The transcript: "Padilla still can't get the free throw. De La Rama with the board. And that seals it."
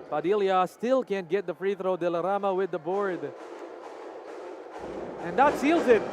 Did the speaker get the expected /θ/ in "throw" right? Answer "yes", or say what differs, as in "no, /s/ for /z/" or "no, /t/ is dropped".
yes